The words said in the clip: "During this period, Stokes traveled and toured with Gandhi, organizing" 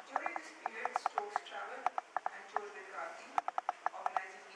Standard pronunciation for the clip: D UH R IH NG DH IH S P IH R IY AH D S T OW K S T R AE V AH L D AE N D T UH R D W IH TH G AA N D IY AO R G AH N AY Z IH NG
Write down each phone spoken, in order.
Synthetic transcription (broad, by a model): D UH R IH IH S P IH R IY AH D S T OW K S T R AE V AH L AE N D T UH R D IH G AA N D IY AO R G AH N AY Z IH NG